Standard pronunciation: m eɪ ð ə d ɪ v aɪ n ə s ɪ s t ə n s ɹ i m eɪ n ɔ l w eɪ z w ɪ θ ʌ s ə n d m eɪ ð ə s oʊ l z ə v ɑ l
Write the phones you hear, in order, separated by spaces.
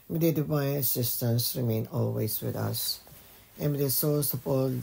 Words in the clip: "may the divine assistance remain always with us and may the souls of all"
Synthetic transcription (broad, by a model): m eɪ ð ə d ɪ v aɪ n ə s ɪ s t ə n s ɹ i m eɪ n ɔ l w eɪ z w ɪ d ʌ s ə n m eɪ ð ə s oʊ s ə p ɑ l